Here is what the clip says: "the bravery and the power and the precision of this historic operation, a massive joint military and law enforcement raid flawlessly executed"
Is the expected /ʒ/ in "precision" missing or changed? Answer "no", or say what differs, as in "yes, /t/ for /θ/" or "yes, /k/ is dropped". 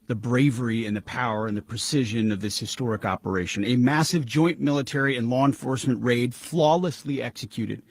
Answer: no